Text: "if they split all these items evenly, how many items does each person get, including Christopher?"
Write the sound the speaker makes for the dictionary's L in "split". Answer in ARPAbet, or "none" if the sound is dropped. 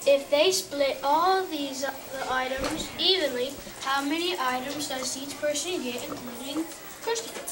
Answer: L